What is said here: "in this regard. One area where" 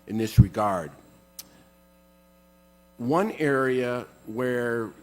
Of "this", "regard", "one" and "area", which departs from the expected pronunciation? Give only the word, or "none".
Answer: none